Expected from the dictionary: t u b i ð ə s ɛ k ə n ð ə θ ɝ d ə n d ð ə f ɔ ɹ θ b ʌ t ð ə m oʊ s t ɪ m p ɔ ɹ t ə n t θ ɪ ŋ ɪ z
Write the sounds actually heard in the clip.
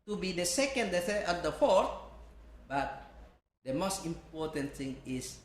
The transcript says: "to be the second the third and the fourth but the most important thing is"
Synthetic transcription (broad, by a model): t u b i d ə s ɛ k ə n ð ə s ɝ ə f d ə f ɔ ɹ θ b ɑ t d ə m oʊ s t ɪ m p ɔ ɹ t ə n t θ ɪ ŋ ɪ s